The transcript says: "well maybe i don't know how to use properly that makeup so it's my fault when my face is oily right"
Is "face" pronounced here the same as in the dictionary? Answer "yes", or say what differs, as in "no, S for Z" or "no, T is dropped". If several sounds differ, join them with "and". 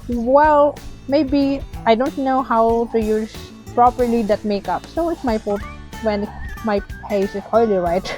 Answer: no, P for F